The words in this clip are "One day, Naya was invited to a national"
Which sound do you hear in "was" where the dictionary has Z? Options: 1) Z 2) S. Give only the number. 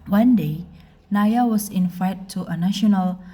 2